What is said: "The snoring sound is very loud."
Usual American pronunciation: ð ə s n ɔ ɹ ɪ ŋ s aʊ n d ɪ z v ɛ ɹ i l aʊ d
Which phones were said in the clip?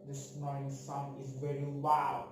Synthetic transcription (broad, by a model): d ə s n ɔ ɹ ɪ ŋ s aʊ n ɪ z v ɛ ɹ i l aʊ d